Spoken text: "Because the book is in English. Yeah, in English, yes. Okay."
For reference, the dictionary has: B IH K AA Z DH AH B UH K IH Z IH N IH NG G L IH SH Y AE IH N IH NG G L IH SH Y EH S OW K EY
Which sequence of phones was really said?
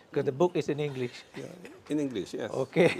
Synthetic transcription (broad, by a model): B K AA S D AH B UH K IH S IH N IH NG G L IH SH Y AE IH N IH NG G L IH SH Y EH OW K EY